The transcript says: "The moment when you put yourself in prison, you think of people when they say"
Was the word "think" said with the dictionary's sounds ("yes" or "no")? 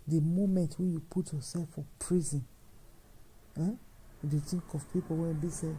no